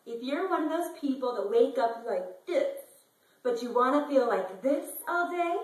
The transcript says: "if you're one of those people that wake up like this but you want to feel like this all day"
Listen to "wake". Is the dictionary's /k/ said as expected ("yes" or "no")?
yes